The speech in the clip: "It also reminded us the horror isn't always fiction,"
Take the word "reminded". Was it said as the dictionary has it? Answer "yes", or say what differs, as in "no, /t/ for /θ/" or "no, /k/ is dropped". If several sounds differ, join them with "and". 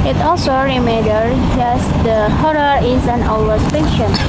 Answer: no, /n/ is dropped